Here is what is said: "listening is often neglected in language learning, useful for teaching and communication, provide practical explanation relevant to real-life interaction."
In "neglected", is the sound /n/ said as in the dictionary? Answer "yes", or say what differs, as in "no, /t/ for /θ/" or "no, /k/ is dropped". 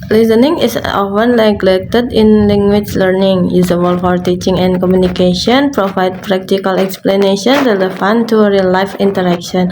no, /l/ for /n/